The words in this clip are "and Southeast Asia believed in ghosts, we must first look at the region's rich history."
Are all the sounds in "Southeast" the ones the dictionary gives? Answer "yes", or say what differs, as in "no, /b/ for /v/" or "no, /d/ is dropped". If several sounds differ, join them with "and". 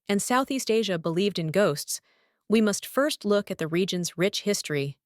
yes